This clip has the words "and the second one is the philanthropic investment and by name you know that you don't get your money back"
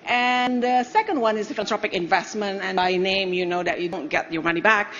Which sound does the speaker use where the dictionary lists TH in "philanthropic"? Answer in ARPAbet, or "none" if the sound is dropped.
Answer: T